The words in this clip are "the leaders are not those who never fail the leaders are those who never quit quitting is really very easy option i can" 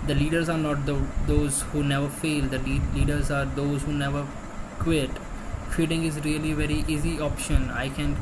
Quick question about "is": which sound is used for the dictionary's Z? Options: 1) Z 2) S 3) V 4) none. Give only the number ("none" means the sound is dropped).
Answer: 1